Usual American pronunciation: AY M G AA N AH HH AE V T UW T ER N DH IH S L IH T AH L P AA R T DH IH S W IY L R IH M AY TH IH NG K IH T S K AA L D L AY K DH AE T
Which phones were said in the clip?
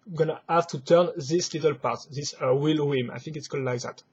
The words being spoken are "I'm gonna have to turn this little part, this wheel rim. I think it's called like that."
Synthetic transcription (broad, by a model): G AA N AH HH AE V T UW T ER N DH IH S L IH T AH L P AA R T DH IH S W IY L W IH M AY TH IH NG K IH T S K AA D L AY K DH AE T